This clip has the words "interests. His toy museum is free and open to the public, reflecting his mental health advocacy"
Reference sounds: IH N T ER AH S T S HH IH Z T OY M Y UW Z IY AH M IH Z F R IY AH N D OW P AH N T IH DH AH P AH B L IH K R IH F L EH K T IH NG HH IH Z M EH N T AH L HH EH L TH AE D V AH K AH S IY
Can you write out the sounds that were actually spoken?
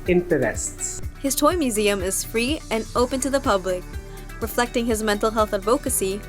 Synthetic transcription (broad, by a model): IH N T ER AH S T S HH IH Z T OY M Y UW Z IY AH M IH Z F R IY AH N OW P AH N T IH DH AH P AH B L IH K R IH F L EH K T IH NG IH Z M EH N T L HH EH L TH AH D V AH K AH S IY